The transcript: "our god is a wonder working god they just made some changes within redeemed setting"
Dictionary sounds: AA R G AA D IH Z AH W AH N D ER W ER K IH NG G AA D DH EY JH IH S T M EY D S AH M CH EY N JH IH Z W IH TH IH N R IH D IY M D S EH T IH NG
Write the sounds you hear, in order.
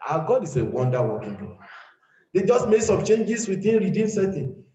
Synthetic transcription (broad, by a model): AA G AA D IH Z AH W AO N D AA W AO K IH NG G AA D EY JH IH S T M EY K S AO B CH EY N JH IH S W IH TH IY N R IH D IY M S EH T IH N